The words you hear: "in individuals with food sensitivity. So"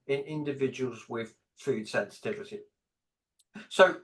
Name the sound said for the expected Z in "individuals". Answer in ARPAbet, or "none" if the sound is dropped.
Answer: Z